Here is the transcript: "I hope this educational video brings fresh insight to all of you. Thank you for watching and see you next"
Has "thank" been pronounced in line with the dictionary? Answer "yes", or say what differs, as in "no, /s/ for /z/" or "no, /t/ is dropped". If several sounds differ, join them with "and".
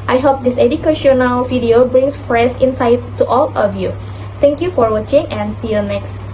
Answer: no, /t/ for /θ/